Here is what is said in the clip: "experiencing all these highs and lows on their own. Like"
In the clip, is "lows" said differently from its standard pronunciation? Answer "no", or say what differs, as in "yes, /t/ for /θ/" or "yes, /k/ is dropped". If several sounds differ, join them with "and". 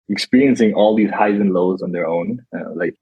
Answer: no